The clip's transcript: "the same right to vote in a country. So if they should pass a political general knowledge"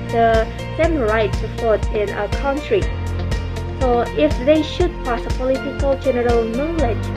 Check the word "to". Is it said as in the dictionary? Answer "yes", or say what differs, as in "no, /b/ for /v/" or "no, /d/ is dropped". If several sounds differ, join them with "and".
no, /s/ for /t/